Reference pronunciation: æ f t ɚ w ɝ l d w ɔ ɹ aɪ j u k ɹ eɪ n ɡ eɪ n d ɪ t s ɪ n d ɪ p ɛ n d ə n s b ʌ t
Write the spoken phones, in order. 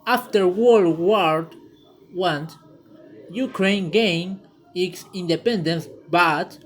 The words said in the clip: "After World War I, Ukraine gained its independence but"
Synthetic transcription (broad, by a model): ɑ f t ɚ w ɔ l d w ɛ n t j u k ɹ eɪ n ɡ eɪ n ɪ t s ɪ n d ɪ p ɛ n d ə n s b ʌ t